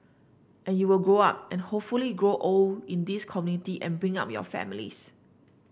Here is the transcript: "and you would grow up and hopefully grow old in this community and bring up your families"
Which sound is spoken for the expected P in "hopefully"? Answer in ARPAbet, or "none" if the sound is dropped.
P